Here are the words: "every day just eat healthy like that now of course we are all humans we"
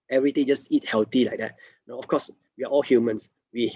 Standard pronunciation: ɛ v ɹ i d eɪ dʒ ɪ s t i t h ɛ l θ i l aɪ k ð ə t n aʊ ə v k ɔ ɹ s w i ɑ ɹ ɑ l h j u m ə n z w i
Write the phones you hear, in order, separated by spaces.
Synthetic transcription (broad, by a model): ɛ v ɹ i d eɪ dʒ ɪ s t i t h ɛ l t i l aɪ k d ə t n aʊ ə f k ɔ s w i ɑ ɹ ɑ l h j u m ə n s w i